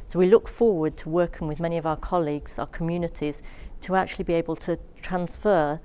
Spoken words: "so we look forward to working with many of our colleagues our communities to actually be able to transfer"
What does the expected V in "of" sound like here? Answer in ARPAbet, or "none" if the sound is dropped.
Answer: V